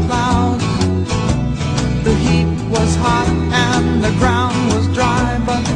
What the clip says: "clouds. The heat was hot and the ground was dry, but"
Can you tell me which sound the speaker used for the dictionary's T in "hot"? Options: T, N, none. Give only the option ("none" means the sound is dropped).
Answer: T